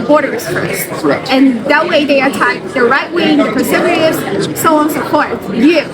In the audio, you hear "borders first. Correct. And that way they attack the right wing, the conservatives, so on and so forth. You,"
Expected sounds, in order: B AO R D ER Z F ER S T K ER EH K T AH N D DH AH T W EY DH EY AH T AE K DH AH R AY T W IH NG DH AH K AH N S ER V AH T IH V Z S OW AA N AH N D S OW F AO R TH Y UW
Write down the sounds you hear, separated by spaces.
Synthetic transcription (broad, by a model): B AO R D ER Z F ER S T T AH N DH AH T W EY DH EY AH T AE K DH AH R AY T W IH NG DH AH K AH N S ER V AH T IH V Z S OW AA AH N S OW P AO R T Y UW